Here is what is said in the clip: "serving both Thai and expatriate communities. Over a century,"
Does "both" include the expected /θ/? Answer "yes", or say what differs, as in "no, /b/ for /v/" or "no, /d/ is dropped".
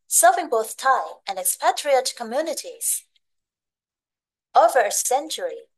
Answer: yes